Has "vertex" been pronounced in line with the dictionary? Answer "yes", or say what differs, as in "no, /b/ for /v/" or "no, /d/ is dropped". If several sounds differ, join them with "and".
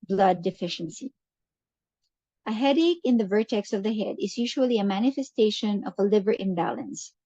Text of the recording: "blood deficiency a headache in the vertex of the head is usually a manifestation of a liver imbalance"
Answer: yes